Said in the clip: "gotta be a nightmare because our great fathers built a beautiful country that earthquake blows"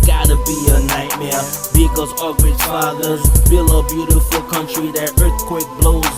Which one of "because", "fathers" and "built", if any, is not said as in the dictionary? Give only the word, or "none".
built